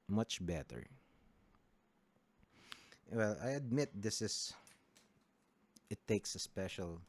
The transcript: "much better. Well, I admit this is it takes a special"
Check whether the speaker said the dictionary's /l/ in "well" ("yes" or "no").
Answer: yes